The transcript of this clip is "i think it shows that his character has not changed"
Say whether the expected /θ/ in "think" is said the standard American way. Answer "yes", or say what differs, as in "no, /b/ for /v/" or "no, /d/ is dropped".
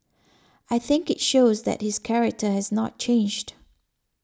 yes